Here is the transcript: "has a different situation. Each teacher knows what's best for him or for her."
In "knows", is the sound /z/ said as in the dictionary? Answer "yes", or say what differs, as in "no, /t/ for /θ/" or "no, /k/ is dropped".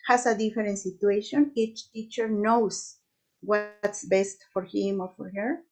no, /s/ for /z/